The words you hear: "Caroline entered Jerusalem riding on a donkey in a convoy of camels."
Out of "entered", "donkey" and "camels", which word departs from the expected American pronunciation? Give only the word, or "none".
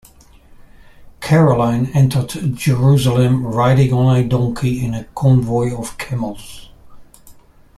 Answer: none